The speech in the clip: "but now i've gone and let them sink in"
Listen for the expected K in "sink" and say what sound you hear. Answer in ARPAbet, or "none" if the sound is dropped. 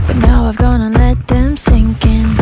K